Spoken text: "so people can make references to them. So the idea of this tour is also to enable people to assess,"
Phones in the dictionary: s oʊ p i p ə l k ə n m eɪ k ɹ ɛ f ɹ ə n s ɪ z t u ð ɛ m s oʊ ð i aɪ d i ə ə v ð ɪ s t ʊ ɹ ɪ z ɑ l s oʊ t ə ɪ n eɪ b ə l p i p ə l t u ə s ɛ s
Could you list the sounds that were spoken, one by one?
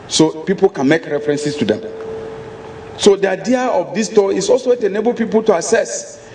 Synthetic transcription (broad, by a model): s oʊ p i p ə l k ə n m eɪ k ɹ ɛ f ɹ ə n s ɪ s t u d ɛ m s oʊ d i aɪ d i ə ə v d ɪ s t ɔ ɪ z ɑ l s oʊ t ə n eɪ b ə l p i p ə l t u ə s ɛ s